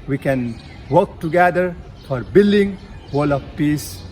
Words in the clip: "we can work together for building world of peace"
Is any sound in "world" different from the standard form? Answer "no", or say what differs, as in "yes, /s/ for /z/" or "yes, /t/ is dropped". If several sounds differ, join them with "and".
yes, /d/ is dropped